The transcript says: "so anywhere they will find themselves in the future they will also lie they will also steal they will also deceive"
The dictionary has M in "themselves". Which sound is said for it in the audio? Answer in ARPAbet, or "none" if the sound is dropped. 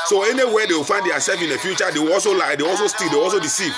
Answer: none